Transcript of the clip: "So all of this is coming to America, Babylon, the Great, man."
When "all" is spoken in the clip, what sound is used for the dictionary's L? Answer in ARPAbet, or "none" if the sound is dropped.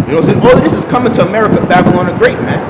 W